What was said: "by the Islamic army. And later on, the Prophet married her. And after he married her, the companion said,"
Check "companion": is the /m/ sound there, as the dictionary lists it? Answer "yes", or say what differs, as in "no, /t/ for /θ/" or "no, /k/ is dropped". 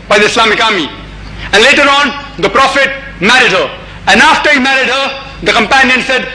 yes